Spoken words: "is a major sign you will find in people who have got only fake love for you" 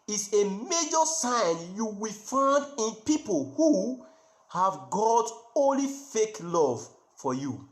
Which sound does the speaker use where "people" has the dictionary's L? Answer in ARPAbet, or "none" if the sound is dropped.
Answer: L